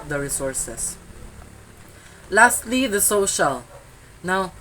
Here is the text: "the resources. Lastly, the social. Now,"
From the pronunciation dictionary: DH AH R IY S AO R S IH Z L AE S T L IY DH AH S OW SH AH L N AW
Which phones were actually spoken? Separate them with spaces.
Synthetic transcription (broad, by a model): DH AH R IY S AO R S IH S L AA S T L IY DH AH S OW SH AH L N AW